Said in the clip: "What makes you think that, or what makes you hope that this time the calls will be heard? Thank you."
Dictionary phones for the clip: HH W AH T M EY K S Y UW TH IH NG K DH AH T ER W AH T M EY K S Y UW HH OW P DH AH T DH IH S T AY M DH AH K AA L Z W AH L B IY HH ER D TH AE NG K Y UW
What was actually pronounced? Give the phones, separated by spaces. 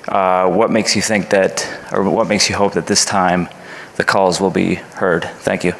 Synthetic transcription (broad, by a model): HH W AH T M EY K S Y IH TH IH NG K DH AH T ER W AH T M EY K S Y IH HH OW P DH AH T DH IH S T AY M DH AH K AA L Z W AH L B IY HH ER D TH AE NG K Y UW